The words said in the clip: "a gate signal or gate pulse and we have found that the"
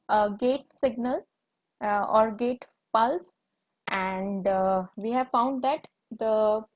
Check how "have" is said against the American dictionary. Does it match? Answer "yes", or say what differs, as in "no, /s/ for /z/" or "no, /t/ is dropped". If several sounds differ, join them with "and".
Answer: yes